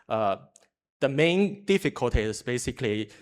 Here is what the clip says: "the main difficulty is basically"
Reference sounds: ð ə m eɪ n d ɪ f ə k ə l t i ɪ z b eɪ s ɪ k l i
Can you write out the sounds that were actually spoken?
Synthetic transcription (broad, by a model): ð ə m eɪ n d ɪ f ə k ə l t i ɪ s b eɪ s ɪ k l i